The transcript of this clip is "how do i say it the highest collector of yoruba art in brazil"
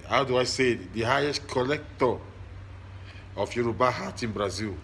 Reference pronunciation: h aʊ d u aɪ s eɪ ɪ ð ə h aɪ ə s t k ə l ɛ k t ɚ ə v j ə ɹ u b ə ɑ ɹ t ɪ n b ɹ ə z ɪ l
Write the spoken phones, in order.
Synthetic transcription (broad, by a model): h aʊ d u aɪ s eɪ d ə h aɪ ə s t k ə l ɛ k t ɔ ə f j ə ɹ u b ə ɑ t ɪ n b ɹ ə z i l